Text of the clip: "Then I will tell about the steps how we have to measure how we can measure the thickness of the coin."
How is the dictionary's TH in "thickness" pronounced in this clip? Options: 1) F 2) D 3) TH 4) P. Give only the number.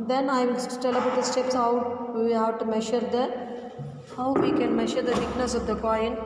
1